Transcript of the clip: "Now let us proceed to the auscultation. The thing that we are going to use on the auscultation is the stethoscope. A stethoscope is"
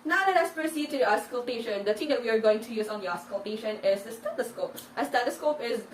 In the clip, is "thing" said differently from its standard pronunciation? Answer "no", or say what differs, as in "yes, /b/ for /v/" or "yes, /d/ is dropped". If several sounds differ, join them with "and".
yes, /t/ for /θ/